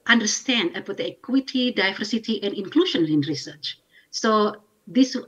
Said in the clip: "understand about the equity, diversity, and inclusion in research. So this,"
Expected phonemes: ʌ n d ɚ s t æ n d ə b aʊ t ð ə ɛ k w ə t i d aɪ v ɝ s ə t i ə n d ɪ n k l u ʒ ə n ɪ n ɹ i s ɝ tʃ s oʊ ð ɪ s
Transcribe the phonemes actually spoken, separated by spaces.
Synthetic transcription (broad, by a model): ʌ n d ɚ s t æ n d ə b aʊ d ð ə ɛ k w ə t i d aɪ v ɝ s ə t i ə n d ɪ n k l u ʃ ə n ɪ n ɹ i s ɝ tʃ s oʊ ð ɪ s